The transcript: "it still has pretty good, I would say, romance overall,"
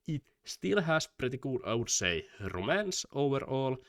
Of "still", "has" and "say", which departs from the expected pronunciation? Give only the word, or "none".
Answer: has